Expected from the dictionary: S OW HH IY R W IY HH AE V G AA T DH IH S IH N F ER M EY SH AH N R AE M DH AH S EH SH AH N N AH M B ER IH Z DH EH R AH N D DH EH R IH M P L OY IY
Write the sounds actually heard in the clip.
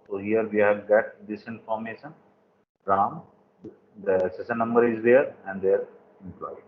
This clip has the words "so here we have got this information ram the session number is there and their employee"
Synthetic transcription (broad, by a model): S OW HH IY R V IY HH AE V G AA T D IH S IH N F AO M EY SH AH N R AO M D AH S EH S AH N N AH M B ER IH Z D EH R AH N D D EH R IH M P L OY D